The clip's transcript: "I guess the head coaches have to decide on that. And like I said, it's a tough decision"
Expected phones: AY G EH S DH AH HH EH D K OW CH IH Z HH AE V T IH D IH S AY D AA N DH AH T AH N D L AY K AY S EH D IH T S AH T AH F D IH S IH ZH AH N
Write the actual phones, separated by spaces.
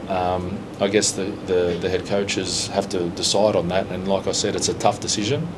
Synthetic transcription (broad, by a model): AY G EH S DH AH HH EH D K OW CH IH Z HH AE F T IH D IH S AY D N DH AH T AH N L AY K AY S EH D IH T S AH T AH F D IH S IH ZH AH N